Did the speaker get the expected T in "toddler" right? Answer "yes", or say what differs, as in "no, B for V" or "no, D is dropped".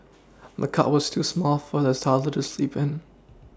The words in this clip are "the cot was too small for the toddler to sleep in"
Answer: no, S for T